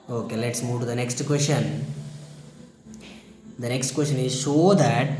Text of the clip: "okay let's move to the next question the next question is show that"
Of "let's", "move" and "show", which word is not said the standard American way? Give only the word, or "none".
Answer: show